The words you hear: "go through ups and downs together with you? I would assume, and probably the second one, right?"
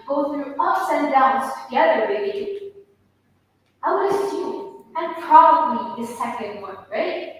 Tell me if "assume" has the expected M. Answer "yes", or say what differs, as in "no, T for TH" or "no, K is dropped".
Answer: no, M is dropped